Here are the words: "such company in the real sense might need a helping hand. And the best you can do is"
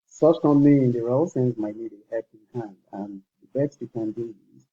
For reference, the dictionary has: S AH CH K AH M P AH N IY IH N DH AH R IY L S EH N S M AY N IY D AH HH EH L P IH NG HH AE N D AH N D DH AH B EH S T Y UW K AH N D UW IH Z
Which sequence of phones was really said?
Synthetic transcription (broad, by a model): S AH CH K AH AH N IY IH N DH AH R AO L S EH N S M AY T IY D AH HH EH P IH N HH AE N D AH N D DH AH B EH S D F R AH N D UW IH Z